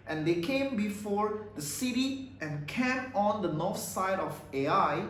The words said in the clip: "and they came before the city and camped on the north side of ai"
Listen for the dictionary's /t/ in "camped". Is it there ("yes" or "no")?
no